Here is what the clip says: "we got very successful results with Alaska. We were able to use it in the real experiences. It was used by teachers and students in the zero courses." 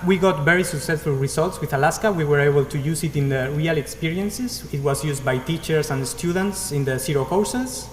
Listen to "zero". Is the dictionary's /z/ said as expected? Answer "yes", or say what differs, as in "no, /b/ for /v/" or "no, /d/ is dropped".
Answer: no, /s/ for /z/